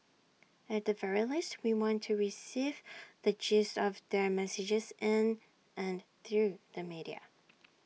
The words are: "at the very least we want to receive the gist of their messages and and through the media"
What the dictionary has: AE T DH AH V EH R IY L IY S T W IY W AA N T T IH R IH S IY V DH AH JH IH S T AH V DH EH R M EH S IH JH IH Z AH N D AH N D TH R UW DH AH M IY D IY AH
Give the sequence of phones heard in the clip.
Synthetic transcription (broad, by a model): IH T DH AH V EH R IY L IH S T W IY W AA N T T IH R IH S IY V DH AH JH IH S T AH V DH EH R M EH S IH JH IH Z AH N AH N TH R UW DH AH M IY D IY AH